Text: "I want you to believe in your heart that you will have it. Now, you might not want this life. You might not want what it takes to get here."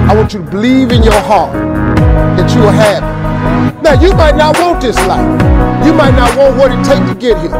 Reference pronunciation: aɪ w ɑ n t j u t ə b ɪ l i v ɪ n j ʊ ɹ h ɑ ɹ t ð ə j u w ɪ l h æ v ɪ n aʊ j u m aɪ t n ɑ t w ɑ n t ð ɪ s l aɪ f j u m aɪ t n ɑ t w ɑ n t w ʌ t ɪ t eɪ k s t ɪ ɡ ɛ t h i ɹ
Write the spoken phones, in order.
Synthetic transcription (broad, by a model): aɪ w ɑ n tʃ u t ə b ɪ l i v ɪ n j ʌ ɹ h ɑ ɹ t ð ə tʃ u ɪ h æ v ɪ n aʊ j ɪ m aɪ t n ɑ t w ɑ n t ð ɪ s l aɪ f j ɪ m aɪ t n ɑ t w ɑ n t w ʌ t ɪ t eɪ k t ɪ ɡ ɛ t h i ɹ